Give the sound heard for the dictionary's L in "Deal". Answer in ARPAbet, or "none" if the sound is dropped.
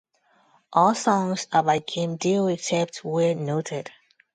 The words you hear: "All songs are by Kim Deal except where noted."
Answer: W